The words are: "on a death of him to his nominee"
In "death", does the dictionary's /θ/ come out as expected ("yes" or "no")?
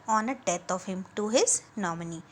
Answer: no